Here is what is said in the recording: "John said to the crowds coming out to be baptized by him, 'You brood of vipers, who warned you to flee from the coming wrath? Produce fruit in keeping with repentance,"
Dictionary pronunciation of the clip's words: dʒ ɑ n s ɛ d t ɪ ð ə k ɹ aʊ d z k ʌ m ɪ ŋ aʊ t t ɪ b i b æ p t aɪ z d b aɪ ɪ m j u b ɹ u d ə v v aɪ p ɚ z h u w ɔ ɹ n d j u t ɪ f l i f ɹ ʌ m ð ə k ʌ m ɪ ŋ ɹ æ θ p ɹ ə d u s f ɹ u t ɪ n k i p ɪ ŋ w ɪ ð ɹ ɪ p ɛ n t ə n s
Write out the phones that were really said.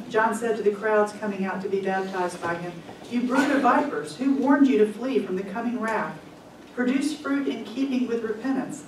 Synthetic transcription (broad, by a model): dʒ ɑ n s ɛ d t ɪ ð ə k ɹ aʊ d z k ʌ m ɪ ŋ aʊ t t ɪ b i b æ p t aɪ z d b aɪ ɪ m j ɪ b ɹ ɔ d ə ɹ v aɪ p ɚ z h u w ɔ ɹ n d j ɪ t ɪ f l i f ɹ ʌ m ð ə k ʌ m ɪ ŋ ɹ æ f p ɹ ə d u s f ɹ u t ɪ n k i p ɪ ŋ w ɪ ð ɹ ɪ p ɛ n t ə n s